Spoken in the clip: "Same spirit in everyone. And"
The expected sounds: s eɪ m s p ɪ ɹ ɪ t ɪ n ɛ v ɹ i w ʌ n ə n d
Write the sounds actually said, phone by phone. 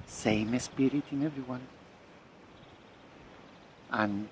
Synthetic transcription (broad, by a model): s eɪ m s p ɪ ɹ ɪ t ɪ n ɛ v ɹ i w ʌ n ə n